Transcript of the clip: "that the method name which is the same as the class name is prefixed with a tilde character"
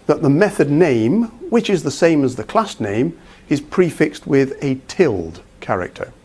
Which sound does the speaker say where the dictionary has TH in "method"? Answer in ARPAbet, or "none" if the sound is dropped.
TH